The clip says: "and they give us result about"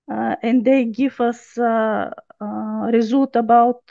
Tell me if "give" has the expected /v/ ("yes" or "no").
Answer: no